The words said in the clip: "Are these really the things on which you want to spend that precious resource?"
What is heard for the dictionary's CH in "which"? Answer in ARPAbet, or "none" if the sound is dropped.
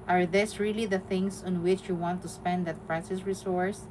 CH